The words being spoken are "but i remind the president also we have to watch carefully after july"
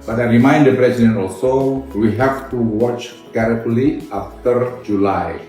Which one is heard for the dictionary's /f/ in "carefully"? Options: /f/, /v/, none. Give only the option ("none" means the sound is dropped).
none